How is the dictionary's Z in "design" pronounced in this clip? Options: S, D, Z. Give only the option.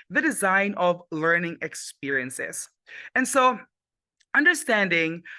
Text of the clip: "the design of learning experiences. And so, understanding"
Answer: Z